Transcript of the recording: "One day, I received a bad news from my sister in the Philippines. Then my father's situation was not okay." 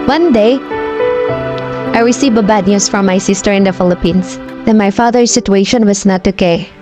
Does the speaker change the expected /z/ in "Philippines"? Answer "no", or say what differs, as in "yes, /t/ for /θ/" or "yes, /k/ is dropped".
yes, /s/ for /z/